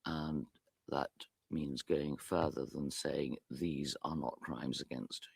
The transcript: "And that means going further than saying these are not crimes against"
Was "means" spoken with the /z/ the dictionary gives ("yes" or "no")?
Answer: yes